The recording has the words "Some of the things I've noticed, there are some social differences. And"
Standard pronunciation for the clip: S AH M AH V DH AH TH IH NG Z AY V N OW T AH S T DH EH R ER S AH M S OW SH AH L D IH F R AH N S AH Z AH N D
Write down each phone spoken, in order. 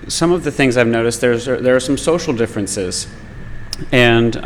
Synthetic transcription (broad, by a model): S AH M AH V DH AH TH IH NG Z AY V N OW T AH S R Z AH R ER S AH M S OW SH L D IH F R AH N S AH Z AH N